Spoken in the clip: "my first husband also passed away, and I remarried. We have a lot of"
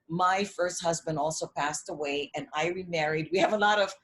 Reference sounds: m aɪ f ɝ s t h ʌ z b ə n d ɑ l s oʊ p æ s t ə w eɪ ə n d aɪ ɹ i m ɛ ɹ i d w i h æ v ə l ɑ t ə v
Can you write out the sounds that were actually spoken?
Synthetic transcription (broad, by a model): m aɪ f ɝ s t h ʌ z b ə n d ɑ l s oʊ p æ s t ə w eɪ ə n aɪ ɹ i m ɛ ɹ i d w i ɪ v ə l ɑ t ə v